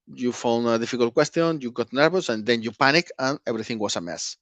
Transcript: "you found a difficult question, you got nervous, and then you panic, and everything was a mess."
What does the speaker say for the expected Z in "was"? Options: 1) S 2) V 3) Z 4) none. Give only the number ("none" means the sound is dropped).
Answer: 1